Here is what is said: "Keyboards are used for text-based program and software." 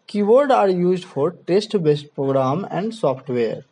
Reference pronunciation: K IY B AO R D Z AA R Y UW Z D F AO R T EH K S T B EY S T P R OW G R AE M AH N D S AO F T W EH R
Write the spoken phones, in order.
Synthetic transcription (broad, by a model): K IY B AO R D AA R Y UW Z D F AO R T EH S T B EY S T P R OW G R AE M AH N D S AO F T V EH R